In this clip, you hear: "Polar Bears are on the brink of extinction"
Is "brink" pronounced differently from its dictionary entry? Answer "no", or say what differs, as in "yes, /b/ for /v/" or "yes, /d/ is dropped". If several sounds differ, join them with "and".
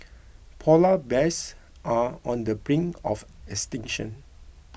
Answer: yes, /k/ is dropped